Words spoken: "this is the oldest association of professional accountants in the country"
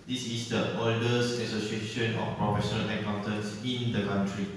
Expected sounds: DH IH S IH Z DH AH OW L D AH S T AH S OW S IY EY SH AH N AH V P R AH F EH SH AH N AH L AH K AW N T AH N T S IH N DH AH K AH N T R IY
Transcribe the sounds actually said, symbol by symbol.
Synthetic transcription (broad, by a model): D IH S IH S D AH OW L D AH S AH S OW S IY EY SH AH N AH F P R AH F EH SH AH N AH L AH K AW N T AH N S IH N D AH K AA N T R IY